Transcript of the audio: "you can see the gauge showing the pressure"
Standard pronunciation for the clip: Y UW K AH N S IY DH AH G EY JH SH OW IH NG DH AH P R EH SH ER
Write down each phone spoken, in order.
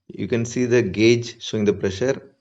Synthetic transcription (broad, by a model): Y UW K AH N S IY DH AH G EY JH S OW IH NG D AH P R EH SH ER